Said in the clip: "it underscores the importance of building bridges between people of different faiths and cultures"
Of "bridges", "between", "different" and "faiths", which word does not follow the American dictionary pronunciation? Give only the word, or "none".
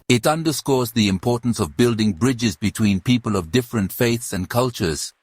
none